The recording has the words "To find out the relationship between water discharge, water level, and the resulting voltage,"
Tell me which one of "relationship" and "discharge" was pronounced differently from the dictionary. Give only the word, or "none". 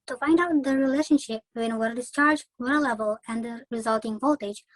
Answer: none